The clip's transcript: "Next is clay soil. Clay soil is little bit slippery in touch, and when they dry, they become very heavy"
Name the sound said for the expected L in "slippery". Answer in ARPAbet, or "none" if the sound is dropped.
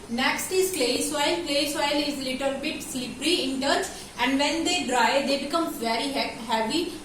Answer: L